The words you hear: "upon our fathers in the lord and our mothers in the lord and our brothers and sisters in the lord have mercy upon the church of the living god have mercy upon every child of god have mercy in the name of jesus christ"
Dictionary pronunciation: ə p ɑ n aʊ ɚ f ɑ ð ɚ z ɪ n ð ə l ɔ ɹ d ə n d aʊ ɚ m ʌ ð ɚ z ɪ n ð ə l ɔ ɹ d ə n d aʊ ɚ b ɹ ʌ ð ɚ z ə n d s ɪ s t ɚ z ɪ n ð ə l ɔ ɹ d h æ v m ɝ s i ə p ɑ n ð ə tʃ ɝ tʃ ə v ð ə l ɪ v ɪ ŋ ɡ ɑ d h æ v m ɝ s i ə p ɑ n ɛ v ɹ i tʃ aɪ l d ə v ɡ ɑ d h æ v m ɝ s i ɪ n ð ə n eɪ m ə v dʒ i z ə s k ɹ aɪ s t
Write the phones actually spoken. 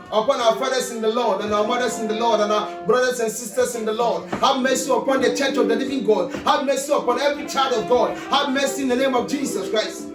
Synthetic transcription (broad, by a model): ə p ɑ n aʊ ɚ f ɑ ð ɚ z ɪ n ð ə l ɔ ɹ d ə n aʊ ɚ m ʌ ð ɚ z ɪ n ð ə l ɔ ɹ d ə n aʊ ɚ b ɹ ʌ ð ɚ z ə n s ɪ s t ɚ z ɪ n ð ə l ɔ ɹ d h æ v m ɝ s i ə p ɑ n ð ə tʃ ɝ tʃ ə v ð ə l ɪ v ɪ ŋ ɡ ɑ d h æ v m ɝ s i ə p ɑ n ɛ v ɹ i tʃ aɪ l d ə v ɡ ɑ d h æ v m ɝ s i ɪ n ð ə n eɪ m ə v dʒ i s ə s k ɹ aɪ s t